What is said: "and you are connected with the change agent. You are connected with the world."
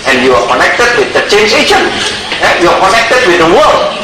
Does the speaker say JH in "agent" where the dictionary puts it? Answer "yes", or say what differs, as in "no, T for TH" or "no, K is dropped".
no, SH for JH